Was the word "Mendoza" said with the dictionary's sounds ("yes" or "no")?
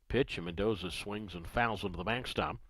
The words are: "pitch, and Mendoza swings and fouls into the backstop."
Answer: yes